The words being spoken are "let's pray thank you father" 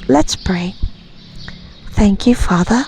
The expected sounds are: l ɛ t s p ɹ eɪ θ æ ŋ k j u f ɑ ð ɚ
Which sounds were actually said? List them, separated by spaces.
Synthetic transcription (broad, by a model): l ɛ t s p ɹ eɪ θ æ ŋ k j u f ɑ ð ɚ